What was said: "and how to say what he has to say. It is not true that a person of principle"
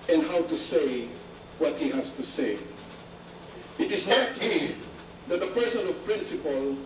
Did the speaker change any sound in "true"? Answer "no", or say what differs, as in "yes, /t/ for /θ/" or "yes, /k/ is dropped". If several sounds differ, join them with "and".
yes, /ɹ/ is dropped